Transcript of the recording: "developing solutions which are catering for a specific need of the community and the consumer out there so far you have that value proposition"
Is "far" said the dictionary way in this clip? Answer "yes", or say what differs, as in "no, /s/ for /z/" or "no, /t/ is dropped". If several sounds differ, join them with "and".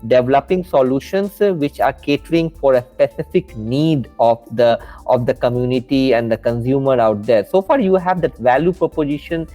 yes